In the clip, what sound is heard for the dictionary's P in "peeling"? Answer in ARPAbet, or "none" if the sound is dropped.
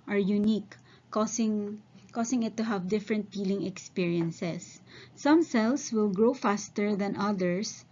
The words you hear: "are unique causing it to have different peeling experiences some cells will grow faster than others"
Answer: F